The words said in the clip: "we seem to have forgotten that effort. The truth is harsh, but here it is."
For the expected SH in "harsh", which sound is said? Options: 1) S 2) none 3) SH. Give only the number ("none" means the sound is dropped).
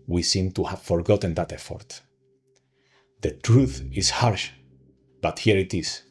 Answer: 3